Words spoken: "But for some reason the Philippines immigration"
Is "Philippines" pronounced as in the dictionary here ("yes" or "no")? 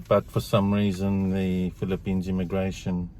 yes